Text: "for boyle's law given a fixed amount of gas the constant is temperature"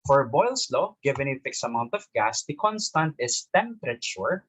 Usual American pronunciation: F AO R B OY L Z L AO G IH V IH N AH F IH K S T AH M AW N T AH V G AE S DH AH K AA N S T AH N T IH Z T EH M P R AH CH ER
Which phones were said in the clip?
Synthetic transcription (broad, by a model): F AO R B OY L S L AO G IH V IH N AH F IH K S AH M AW N T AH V G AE S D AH K AA N S T AH N T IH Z T EH M P R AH CH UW